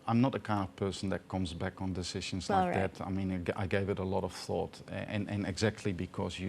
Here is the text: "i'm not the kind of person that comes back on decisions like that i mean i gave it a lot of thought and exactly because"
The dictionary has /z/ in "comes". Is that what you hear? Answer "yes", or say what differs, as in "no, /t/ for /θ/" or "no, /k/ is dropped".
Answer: yes